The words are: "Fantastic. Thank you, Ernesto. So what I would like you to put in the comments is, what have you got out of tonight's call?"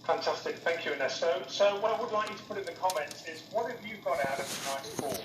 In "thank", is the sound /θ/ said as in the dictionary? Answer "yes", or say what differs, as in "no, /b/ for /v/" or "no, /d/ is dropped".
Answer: yes